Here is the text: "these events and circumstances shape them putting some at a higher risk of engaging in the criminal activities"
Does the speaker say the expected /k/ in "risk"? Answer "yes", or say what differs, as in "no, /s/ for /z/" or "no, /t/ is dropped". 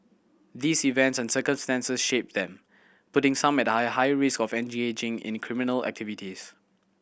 yes